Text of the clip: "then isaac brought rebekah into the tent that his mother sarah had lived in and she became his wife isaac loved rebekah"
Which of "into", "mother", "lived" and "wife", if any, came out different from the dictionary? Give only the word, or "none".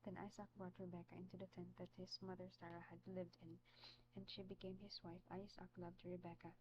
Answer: none